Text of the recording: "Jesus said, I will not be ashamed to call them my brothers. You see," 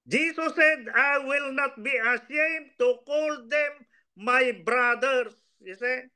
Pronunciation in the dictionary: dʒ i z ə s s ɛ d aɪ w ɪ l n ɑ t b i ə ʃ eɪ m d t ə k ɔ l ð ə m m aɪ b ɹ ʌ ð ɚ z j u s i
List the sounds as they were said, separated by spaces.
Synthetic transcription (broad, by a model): dʒ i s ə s s ɛ d aɪ w ɪ l n ɑ t b i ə s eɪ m t ə k ɔ l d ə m m aɪ b ɹ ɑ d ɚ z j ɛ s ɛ